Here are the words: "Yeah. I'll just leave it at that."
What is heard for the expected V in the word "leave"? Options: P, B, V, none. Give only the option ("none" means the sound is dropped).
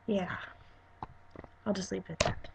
P